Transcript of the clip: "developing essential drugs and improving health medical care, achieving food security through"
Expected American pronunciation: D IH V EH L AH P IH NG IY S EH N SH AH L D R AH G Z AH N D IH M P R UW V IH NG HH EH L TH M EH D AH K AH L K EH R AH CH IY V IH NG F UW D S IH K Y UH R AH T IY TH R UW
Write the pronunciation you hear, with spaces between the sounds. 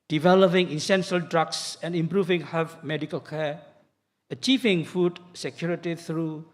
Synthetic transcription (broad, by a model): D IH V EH L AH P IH NG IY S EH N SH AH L D R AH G S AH N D IH M P R UW V IH NG HH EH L F M EH D AH K AH L K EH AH CH IY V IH NG F UW D S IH K Y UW R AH T IY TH R UW